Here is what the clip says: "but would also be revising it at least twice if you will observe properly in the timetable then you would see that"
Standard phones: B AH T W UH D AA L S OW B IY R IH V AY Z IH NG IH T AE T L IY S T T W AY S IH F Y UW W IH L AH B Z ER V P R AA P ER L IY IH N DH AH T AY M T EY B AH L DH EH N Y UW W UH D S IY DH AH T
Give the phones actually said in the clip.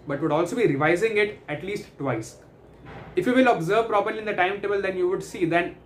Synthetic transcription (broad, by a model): B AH T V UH D AA L S OW B IY R IH V AY Z IH NG IH T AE T L IY S T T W AY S IH F Y UW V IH L AH B Z ER V P R AA P ER L IY IH N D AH T AY M T EY B AH L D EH N Y UW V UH D S IY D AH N